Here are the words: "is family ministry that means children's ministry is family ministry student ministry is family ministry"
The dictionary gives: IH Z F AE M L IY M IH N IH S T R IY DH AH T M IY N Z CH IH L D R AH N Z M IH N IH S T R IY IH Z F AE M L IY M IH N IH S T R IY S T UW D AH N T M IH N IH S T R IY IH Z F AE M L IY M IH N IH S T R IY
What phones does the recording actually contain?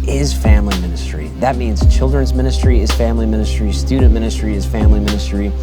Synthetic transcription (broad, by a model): IH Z F AE M L IY M IH N IH S T R IY DH AH T M IY N Z CH IH L D R AH N Z M IH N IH S T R IY IH Z F AE M L IY M IH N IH S T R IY S T UW D N M IH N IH S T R IY IH Z F AE M L IY M IH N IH S T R IY